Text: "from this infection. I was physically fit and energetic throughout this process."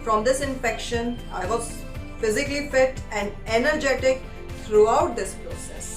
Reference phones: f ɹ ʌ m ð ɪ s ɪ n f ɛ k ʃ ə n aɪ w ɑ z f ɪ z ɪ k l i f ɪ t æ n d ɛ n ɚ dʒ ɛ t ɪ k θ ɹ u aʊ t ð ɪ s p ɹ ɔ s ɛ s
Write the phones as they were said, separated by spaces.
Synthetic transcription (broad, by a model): f ɹ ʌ m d ɪ s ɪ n f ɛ k ʃ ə n aɪ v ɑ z f ɪ z ɪ k l i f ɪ t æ n d ɛ n ɚ dʒ ɛ t ɪ k t ɹ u aʊ t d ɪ s p ɹ ɔ s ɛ s